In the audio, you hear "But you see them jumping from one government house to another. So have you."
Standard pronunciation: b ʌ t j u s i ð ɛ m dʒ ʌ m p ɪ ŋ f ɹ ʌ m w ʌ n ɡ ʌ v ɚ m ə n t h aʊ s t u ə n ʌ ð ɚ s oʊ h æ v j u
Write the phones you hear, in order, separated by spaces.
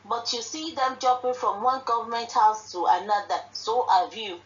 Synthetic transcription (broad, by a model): b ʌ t j u s i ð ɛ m dʒ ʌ p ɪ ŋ f ɹ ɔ m w ʌ n ɡ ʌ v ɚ m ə n t h aʊ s t u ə n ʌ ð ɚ s oʊ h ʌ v j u